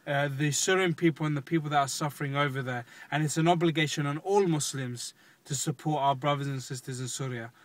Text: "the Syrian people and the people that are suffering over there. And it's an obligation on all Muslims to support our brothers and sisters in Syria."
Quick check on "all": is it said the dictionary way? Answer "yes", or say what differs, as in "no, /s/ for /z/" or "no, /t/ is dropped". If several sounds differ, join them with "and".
yes